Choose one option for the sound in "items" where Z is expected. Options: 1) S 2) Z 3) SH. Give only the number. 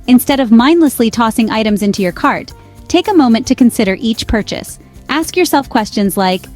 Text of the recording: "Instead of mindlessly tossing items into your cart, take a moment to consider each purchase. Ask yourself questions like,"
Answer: 2